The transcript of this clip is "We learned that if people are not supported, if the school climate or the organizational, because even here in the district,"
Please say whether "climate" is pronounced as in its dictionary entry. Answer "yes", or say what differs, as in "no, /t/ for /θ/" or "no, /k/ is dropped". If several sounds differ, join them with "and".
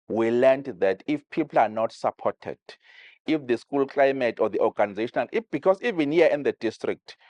yes